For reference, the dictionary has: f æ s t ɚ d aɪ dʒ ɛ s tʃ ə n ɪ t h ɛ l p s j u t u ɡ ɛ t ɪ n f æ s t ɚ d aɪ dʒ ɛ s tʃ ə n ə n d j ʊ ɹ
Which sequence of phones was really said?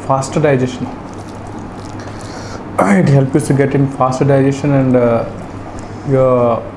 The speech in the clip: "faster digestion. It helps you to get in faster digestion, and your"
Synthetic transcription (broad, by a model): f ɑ s t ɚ d aɪ dʒ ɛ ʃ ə n ɪ t h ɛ l p j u t u ɡ ɛ t ɪ n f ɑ s t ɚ d aɪ dʒ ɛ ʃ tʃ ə n ə n d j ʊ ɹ